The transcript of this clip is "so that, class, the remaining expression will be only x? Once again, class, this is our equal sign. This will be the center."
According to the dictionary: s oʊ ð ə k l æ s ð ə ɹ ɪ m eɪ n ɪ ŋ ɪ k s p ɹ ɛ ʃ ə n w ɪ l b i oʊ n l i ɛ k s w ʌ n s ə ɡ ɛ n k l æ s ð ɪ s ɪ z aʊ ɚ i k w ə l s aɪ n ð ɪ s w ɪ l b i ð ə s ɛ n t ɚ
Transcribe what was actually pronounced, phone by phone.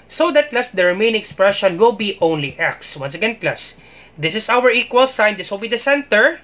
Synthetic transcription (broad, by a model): s oʊ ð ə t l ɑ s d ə ɹ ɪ m eɪ ɪ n ɪ k s p ɹ ɛ ʃ ə n w ɪ l b i oʊ n l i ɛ k s w ʌ n s ə ɡ ɛ n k l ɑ s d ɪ s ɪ s aʊ ɚ i k w ə l s aɪ n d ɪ s w ɪ l b i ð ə s ɛ n t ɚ